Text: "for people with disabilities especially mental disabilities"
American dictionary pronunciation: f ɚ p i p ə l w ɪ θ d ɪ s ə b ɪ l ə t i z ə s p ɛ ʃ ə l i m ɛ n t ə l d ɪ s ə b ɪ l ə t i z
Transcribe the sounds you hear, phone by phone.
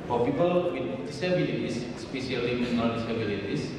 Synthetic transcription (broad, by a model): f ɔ p i p ə l w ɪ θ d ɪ s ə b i l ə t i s s p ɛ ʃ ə l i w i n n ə n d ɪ s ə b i l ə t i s